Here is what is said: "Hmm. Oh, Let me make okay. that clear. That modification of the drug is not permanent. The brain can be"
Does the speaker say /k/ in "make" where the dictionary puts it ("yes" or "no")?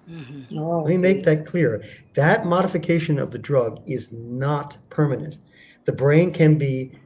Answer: no